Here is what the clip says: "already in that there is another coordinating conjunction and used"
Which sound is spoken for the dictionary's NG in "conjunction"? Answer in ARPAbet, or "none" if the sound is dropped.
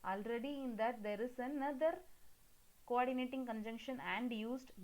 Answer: NG